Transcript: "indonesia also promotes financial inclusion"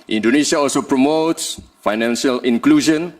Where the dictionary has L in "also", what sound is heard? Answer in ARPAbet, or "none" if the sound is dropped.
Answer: L